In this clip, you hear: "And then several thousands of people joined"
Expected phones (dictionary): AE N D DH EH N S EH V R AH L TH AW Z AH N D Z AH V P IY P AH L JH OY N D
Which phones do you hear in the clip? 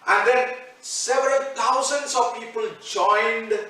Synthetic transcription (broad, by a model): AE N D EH N S EH V R AH L T AW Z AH N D S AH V P IY P AH L JH OY N D